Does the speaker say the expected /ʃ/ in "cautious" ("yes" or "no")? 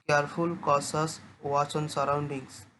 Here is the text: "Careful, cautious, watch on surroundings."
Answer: no